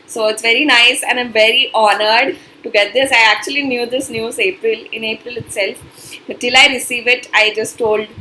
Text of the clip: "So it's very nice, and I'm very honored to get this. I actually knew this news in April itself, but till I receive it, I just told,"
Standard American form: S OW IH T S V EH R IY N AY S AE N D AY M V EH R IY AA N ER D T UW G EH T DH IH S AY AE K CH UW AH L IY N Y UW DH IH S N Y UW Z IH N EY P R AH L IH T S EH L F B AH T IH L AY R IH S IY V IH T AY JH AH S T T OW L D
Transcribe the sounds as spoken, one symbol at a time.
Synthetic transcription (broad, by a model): S OW IH T S V EH R IY N AY S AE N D AY M V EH R IY AA N ER D T UW G EH T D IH S AY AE K CH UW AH L IY N Y UW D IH S N Y UW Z IH N EY P R AH L IH T S EH L F B AH T IH L AY R IH S IY V IH T AY JH AH S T T OW L D